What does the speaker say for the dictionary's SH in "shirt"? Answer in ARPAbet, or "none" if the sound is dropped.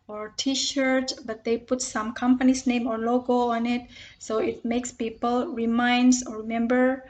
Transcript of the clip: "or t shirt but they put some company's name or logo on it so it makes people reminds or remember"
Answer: SH